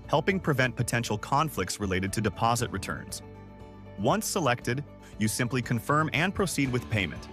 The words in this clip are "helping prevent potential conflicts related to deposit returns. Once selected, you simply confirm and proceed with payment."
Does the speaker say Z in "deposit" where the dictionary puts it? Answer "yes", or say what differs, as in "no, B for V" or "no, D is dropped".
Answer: yes